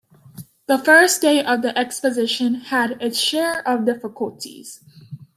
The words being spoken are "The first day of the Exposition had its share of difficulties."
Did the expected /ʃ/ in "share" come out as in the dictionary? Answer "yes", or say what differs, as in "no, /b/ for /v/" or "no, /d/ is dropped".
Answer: yes